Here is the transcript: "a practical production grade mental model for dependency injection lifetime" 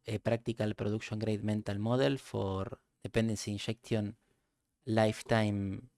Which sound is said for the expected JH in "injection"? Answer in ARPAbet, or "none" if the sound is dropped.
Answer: SH